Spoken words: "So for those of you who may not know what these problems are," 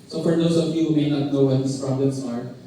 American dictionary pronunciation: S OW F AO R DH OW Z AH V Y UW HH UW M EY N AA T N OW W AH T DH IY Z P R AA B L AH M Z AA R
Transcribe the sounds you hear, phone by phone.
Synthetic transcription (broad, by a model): S OW F AO R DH OW S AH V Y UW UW M EY N AA T N OW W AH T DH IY S P R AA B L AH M S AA R